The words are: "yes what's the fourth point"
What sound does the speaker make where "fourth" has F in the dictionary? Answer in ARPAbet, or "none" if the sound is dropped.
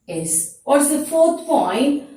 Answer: F